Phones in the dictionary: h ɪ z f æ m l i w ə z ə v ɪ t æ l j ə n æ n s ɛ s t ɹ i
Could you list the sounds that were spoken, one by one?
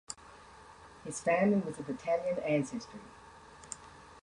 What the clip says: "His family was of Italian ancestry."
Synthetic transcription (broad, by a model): h ɪ z f æ m l i w ə z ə b ɪ t æ l j ə n æ n s ɛ s t ɹ i